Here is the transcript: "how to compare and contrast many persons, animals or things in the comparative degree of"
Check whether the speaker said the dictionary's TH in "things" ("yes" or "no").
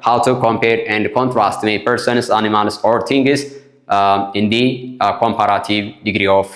no